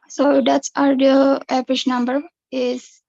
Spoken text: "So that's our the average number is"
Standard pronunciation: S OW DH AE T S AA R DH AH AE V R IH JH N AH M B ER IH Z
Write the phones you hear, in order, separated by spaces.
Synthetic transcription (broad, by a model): S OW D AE T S AA R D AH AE P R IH SH N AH M B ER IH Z